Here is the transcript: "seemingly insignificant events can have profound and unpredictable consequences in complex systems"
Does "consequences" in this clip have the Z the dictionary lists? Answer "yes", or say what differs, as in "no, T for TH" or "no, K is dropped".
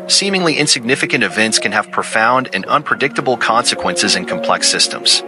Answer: yes